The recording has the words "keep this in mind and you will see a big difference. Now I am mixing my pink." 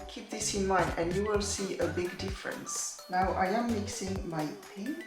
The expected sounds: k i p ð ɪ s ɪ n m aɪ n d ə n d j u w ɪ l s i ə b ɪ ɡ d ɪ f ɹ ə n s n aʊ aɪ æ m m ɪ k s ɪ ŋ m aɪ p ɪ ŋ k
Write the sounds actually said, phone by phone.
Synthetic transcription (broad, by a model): k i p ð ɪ s ɪ n m aɪ n d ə n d j u w ɪ l s i ə b ɪ ɡ d ɪ f ɹ ə n s n aʊ aɪ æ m m ɪ k s ɪ ŋ m aɪ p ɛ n